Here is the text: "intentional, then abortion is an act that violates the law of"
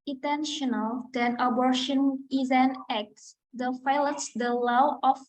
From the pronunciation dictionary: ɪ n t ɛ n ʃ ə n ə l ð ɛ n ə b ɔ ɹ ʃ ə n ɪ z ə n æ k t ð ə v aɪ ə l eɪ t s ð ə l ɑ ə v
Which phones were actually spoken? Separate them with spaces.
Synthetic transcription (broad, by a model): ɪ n t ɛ n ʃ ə n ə l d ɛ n ə b ɔ ɹ ʃ ə n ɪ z ə n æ k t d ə f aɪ l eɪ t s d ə l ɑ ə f